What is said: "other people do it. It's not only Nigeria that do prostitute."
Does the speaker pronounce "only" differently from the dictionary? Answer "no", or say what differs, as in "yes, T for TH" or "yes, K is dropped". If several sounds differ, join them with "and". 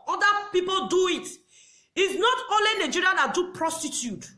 yes, N is dropped